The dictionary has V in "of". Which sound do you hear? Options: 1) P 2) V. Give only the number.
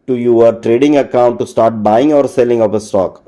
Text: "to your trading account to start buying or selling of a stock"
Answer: 1